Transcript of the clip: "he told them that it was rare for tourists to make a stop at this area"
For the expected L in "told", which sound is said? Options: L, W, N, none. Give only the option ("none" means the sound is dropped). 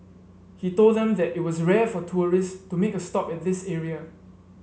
L